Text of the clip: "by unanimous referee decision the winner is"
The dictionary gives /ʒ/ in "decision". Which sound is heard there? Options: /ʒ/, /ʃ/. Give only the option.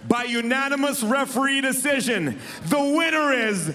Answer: /ʒ/